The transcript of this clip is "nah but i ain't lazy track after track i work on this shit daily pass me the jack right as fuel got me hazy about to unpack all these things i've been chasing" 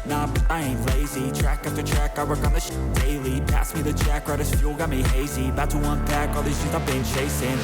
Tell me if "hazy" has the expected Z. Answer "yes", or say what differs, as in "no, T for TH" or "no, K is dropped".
yes